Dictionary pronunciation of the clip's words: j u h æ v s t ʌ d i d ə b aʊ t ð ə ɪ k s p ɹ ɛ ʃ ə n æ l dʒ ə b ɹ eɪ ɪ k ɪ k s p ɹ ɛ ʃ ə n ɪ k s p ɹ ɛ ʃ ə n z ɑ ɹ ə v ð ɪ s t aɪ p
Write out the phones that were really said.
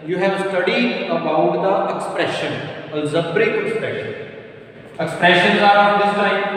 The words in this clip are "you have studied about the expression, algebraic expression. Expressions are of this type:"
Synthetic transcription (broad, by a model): j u h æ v s t ʌ d i d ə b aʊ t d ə ɪ k s p ɹ ɛ ʃ ə n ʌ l z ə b ɹ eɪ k ɪ k s p ɹ ɛ ʃ ə n ɪ k s p ɹ ɛ ʃ ə n z ɑ ɹ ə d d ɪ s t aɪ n